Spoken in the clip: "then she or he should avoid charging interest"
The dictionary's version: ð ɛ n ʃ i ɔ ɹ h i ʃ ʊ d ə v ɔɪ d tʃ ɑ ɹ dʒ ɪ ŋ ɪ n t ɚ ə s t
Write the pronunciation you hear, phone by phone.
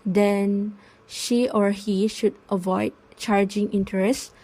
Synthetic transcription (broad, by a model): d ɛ n ʃ i ɔ ɹ h i ʃ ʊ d ə v ɔɪ d tʃ ɑ ɹ dʒ ɪ ŋ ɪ n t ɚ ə s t